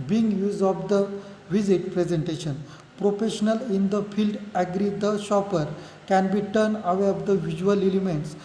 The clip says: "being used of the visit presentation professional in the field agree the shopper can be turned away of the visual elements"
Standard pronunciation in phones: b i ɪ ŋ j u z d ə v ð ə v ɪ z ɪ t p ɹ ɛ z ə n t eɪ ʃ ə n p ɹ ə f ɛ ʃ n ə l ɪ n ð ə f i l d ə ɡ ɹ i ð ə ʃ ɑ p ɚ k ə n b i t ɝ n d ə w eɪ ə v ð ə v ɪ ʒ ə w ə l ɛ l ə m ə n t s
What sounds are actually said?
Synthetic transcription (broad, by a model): b i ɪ ŋ j u z d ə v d ə v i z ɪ t p ɹ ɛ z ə n t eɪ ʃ ə n p ɹ ə f ɛ ʃ n ə l ɪ n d ə f i l d ə ɡ ɹ i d ə ʃ ɑ p ɚ k ə n b i t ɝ n ə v eɪ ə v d ə v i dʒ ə ə l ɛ l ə m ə n t s